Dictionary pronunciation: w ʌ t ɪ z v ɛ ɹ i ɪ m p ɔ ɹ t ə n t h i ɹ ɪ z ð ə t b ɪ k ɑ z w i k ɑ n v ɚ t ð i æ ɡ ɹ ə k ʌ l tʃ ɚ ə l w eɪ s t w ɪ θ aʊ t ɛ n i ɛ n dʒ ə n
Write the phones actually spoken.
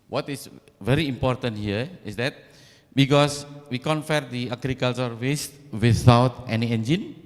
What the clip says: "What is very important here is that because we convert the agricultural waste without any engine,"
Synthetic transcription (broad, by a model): w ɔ t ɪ s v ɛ ɹ i m p ɔ ɹ t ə n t h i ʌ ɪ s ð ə t b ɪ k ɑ s w i k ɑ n f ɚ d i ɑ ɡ ɹ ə k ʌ l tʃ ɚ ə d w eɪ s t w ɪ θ aʊ t ɛ n i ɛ n dʒ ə n